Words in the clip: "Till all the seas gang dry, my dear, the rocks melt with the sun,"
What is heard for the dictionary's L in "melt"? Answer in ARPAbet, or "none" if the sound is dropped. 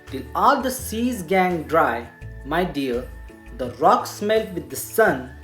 L